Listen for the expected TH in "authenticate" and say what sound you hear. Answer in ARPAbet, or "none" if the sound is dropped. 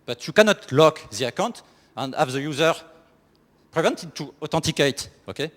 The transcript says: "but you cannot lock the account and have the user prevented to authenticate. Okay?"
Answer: T